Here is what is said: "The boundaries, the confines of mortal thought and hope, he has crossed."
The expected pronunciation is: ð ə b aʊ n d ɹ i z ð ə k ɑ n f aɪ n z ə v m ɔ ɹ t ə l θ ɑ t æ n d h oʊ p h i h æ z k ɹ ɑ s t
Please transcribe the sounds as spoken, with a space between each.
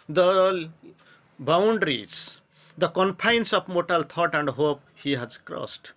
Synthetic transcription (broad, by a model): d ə b aʊ n d ɹ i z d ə k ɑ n p aɪ n s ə p m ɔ t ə l t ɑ t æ n d h oʊ p h i h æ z k ɹ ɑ s t